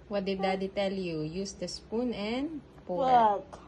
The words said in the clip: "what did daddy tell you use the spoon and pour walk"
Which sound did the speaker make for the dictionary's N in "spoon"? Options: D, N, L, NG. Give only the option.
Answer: N